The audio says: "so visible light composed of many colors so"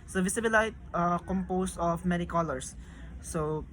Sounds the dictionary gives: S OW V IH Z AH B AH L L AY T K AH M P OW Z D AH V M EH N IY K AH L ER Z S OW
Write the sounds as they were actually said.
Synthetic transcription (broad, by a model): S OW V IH S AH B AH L L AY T K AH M P OW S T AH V M EH N IY K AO L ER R S OW